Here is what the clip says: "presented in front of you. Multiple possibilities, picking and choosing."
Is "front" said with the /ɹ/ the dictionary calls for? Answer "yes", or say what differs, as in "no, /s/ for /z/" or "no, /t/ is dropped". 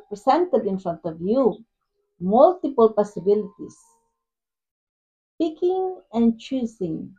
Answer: yes